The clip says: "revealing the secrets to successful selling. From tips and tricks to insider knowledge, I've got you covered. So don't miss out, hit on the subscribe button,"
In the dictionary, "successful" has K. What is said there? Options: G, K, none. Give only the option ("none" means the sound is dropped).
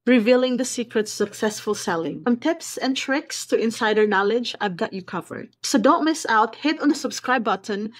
K